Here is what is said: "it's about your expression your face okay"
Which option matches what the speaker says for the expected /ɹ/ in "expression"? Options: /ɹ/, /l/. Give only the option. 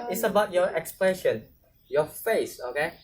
/l/